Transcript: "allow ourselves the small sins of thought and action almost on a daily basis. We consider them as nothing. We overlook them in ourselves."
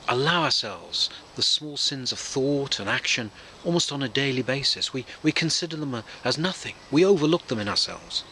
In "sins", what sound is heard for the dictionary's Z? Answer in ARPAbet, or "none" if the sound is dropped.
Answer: Z